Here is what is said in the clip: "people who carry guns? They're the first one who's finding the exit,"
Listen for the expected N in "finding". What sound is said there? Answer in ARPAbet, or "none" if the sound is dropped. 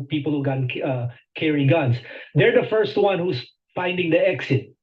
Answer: N